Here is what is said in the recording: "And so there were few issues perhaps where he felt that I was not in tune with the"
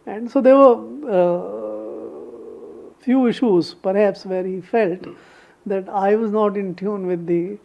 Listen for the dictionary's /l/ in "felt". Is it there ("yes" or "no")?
yes